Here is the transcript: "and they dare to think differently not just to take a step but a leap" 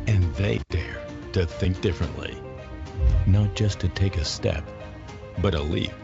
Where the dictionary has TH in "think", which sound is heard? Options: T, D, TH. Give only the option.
TH